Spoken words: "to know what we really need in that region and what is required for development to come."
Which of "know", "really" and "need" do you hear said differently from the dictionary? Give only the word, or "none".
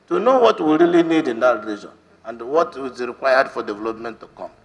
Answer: none